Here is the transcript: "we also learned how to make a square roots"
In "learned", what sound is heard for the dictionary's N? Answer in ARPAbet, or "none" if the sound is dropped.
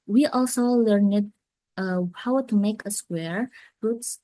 N